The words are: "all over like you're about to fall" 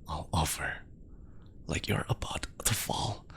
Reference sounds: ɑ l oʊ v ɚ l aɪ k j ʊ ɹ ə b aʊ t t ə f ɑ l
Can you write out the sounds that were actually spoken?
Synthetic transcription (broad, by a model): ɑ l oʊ f ɚ l aɪ k j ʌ ɹ ə b aʊ t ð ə f ɑ l